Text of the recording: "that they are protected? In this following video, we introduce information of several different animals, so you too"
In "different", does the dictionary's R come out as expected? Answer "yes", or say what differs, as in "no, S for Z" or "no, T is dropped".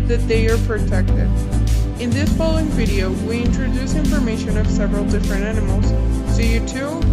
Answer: yes